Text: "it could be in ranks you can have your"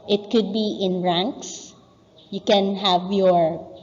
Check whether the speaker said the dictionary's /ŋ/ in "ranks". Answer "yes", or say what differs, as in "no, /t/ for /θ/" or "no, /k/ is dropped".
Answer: yes